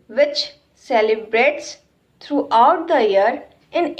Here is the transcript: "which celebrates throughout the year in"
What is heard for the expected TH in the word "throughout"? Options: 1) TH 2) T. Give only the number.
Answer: 2